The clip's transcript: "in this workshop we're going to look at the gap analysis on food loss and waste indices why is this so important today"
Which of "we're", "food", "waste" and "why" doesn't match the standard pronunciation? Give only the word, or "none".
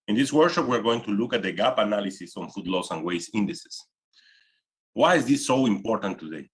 waste